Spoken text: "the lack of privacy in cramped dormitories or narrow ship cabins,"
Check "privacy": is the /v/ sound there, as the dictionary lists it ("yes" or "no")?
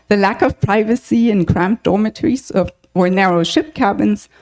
yes